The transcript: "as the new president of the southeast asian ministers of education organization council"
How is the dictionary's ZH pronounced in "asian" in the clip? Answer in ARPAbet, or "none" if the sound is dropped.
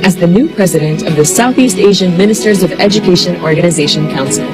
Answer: ZH